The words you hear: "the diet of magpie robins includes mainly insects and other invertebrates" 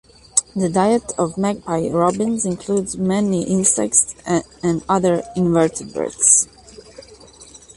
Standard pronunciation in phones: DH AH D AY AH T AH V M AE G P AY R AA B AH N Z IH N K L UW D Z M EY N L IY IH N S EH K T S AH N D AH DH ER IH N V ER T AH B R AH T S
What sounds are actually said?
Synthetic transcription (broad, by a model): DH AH D AY AH T AH V M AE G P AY R AA B AH N Z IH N K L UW D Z M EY N IY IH N S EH K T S AH N D AH DH ER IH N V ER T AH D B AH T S